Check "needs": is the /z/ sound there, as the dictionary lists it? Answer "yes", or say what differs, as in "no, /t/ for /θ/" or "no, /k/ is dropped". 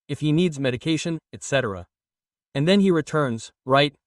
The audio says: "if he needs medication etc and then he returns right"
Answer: yes